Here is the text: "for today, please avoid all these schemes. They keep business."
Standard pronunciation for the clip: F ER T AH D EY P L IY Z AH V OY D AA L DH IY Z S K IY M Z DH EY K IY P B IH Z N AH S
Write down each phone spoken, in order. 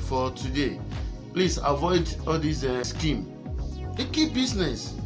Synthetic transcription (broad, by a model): F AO T AH D EY P L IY S AH V OY D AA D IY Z S K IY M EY K IY P B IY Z N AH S